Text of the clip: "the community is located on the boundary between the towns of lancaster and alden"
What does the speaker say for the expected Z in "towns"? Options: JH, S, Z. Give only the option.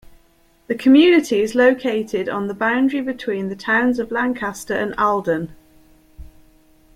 Z